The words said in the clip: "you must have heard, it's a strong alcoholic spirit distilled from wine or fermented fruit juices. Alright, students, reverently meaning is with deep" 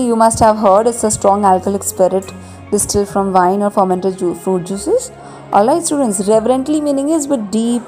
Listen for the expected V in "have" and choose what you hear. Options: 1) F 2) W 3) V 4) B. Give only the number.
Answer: 3